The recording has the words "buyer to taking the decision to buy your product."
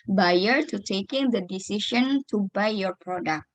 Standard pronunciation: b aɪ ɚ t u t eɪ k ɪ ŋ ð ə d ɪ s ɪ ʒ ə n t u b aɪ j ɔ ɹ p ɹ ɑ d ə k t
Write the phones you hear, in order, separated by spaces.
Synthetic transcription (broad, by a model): b aɪ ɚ t u t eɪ k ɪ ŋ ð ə d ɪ s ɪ ʃ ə n t u b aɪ j ɔ ɹ p ɹ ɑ d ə k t